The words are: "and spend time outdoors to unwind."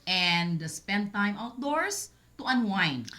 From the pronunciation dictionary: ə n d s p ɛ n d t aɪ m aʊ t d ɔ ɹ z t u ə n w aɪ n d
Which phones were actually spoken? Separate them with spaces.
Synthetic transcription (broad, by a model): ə n d s p ɛ n d t aɪ m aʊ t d ɔ ɹ s t u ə n w aɪ n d